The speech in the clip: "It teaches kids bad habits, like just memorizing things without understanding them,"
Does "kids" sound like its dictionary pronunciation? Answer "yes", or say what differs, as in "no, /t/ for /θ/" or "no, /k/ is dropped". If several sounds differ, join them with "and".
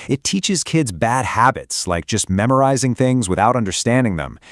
yes